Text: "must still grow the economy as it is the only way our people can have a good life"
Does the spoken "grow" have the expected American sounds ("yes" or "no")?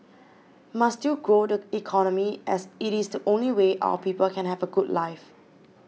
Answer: yes